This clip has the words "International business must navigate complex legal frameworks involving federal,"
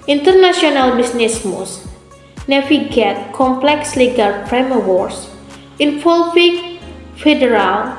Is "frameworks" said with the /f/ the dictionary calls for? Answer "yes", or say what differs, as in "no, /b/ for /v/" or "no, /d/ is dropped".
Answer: no, /p/ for /f/